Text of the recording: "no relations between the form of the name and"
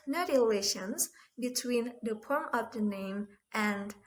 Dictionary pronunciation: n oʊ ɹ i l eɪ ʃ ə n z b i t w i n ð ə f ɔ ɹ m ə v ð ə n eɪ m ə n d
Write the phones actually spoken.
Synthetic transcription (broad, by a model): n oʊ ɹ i l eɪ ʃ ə n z b i t w i n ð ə p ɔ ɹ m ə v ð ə n eɪ m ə n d